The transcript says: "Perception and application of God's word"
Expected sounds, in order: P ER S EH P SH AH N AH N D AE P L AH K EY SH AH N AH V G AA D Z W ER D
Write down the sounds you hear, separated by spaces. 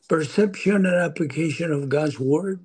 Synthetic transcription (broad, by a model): P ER S EH P SH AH N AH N AE P L AH K EY SH AH N AH V G AA D Z W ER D